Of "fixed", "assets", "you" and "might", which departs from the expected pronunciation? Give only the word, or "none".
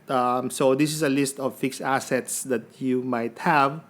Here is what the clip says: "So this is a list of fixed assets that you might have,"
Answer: fixed